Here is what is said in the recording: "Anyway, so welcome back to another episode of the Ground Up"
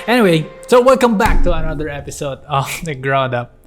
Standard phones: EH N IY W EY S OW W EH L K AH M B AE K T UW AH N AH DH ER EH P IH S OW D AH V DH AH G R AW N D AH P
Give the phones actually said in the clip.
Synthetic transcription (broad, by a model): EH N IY W EY S OW W EH L K AH M B AE K T UW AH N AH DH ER EH P IH S OW D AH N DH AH G R AW N D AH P